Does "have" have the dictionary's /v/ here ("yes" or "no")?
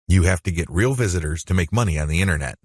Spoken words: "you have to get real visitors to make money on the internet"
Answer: no